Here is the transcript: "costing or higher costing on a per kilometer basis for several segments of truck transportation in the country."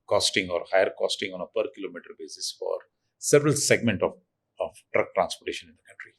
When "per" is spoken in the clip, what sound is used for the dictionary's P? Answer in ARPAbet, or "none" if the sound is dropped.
P